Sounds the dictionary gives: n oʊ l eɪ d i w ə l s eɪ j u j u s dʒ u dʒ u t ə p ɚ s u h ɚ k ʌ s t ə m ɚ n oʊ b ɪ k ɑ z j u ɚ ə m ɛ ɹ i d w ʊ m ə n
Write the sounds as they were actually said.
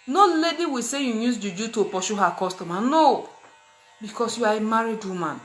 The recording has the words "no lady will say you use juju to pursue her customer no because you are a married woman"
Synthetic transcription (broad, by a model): n oʊ l eɪ d i w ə s eɪ j u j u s dʒ u dʒ u t ə p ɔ ʃ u h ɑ k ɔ s t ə m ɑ n oʊ b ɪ k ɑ s j u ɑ ə m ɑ ɹ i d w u m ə n